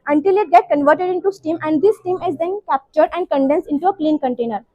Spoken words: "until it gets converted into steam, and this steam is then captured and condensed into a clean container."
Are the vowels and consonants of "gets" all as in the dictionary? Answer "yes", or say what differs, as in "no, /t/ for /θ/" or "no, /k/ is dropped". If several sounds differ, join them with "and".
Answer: no, /s/ is dropped